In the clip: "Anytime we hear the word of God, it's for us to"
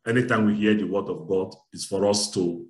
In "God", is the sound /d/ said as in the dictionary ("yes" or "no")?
yes